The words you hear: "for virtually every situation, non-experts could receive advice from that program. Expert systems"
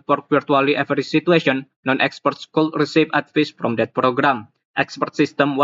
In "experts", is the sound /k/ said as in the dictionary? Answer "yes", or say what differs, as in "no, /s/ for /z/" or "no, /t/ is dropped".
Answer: yes